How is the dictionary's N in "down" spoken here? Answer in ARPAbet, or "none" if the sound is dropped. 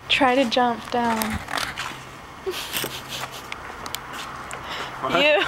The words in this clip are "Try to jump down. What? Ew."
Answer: N